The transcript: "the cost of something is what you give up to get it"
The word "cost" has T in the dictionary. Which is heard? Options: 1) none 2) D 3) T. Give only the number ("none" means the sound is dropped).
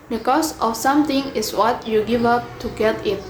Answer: 1